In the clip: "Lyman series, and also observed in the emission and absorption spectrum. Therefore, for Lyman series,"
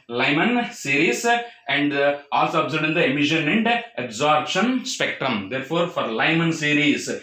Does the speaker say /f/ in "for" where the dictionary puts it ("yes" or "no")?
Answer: yes